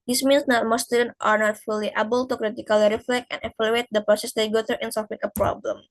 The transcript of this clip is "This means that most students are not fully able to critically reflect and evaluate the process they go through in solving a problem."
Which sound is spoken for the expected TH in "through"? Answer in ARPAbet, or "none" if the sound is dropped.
T